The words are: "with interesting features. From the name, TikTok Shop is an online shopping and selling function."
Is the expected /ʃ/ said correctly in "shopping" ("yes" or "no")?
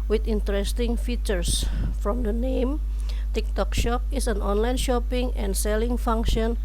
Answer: yes